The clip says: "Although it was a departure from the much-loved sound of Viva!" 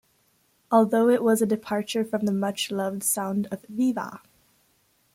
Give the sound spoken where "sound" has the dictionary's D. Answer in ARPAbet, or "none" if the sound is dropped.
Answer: D